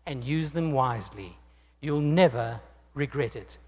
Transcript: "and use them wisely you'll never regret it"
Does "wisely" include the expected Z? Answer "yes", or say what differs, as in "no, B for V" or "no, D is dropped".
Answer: yes